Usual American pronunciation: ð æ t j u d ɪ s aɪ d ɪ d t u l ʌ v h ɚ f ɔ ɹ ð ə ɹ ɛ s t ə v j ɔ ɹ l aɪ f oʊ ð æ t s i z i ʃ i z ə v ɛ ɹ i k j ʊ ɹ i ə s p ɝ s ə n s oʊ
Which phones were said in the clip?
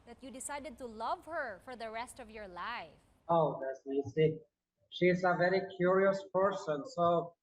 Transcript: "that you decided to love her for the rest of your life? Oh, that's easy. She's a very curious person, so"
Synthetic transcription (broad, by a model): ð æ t j u d ɪ s aɪ d ɪ d t u l ʌ v h ɚ f ɔ ɹ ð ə ɹ ɛ s t ə v j ɔ ɹ l aɪ f oʊ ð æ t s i s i ʃ i z ə v ɛ ɹ i k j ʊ ɹ i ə s p ɝ s ə n s oʊ